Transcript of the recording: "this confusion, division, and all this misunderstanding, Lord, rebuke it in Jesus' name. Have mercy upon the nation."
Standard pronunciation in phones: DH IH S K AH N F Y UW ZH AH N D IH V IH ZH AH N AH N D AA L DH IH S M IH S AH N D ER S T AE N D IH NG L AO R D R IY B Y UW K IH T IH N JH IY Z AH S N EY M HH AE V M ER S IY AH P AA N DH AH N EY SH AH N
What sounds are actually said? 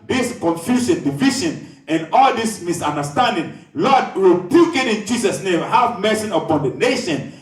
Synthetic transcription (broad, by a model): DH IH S K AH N F Y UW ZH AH N D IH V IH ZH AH N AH N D AA L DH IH S M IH S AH N D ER S T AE N D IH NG L AO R D W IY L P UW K IH T IH N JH IY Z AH S N EY M HH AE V M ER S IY AH P AA N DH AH N EY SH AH N